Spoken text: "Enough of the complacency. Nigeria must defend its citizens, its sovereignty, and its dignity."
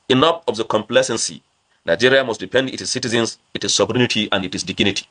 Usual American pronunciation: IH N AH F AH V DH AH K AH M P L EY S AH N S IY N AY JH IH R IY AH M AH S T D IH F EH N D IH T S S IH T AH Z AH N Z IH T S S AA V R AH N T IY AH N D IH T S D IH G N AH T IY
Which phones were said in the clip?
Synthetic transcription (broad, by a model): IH N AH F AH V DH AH K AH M P L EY S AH N S IY N AY JH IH R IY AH M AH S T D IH P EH N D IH T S S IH T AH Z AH N S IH T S S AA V R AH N T IY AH N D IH T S D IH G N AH T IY